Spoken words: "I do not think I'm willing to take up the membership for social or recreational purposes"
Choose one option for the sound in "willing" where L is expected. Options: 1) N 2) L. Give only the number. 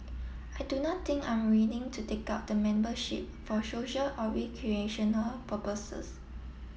1